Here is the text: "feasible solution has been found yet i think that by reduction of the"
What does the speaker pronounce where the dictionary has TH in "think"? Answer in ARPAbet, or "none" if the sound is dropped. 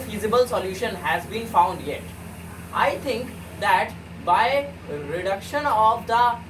T